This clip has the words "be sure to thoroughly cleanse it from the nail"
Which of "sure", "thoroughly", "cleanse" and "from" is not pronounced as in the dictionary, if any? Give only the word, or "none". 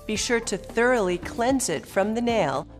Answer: none